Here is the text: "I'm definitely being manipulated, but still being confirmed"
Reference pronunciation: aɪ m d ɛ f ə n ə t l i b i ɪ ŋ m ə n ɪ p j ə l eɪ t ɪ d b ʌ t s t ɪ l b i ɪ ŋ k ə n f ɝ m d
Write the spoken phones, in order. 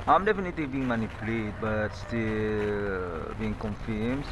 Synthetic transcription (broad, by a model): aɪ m d ɛ f ə n ə t l i b i ɪ ŋ m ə n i p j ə l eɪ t b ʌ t s t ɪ l b i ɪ ŋ k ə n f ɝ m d